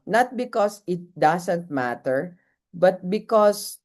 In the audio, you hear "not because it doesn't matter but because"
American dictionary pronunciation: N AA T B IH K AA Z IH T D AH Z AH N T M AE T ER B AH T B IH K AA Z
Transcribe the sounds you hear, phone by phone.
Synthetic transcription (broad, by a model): N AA T B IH K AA S IH T D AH S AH N T M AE T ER B AH T B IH K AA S